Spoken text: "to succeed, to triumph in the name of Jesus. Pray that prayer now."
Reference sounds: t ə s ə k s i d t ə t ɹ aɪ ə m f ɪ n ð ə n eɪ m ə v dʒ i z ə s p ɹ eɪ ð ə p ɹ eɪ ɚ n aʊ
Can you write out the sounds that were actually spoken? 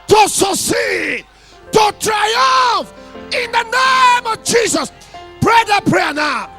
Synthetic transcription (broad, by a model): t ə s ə s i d t ə t ɹ aɪ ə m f ɪ n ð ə n eɪ m ə v dʒ i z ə s p ɹ eɪ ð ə p ɹ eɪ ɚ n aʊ